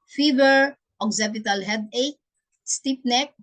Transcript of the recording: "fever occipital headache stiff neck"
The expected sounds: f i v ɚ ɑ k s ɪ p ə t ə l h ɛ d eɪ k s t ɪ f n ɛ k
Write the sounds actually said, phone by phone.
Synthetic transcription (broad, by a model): f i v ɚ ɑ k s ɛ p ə t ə l h ɛ d eɪ k s t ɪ p n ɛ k